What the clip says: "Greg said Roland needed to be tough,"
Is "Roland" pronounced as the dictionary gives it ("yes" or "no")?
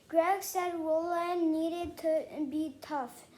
no